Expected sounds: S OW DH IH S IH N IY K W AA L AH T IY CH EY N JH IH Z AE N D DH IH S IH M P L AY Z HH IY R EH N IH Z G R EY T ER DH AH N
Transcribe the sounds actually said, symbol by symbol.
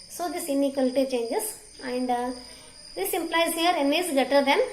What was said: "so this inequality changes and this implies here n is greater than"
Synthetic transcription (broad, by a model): S OW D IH S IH N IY K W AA L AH T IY CH EY N JH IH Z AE N D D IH S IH M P L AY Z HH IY R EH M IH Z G EY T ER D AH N